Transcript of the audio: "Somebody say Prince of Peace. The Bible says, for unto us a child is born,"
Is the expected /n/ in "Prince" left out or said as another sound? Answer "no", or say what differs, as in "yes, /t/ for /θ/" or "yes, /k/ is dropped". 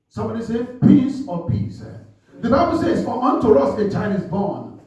yes, /n/ is dropped